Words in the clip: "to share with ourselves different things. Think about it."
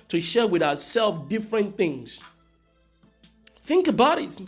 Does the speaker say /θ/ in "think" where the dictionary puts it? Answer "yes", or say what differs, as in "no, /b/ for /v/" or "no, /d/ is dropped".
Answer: yes